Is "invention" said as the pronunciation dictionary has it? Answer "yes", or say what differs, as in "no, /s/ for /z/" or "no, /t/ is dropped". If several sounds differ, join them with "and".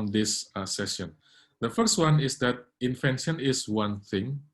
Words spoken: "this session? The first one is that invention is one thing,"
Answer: no, /f/ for /v/